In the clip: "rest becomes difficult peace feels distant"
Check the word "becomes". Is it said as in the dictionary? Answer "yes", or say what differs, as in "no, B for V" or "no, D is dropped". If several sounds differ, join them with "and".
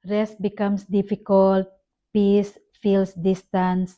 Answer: no, S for Z